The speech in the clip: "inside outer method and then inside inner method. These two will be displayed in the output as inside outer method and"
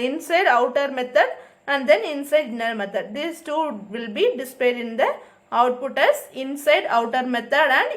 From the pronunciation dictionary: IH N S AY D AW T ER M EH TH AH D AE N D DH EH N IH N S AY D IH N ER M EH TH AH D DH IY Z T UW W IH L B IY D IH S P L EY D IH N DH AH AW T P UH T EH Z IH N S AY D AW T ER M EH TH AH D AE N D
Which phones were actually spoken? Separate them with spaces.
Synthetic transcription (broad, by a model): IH N S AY D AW T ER M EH T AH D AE N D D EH N IH N S AY D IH N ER M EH T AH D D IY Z T UW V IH L B IY D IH S P EY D IH N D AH AW T P UH T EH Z IH N S AY D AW T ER M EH T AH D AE N D